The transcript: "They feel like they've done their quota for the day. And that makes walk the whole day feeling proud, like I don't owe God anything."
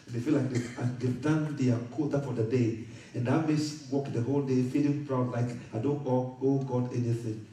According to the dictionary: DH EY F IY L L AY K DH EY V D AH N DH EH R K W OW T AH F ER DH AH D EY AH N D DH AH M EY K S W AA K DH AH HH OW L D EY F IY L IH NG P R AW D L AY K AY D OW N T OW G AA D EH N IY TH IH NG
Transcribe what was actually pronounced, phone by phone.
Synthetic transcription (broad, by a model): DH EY F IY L L AY K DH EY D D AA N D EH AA K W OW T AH F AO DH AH D EY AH N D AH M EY S W AA K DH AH HH OW L D EY F IY L IH NG P R AW D L AY K AY D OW N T OW G AA D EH N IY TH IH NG